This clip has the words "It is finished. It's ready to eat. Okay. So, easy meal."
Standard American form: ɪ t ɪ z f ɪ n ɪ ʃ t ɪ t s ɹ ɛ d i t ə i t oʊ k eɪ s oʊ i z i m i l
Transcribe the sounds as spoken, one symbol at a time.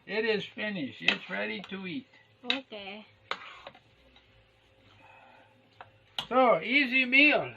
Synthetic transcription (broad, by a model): ɪ t ɪ z f ɪ n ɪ ʃ ɪ t s ɹ ɛ d i t ə i t oʊ k eɪ s oʊ i z i m i l